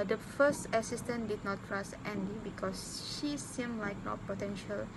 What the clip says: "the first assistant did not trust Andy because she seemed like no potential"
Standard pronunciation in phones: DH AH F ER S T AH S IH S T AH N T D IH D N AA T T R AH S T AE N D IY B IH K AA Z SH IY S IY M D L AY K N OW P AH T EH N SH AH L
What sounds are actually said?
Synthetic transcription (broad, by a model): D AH F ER S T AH S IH S T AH N D IH D N AA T T R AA S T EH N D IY B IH K AA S SH IY S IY M L AY K N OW P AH T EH N SH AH L